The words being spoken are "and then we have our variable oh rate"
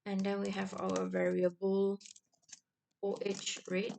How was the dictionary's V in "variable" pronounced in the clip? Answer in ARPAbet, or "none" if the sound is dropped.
V